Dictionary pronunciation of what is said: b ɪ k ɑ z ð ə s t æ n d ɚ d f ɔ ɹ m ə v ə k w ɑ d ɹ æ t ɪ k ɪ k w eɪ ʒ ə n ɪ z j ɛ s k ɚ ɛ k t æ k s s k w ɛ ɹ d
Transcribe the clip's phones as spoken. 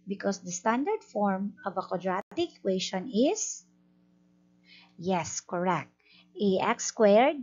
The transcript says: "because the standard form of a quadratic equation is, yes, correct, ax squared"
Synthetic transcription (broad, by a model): b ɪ k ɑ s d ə s t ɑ n d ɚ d f ɔ ɹ m ə v ə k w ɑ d ɹ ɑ t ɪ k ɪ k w eɪ ʃ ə n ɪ s j ɛ s k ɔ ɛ k t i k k s k w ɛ ɹ d